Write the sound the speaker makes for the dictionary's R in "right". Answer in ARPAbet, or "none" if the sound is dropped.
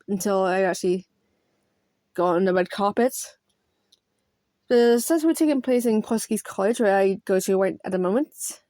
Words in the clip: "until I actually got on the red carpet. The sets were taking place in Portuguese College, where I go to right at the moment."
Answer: W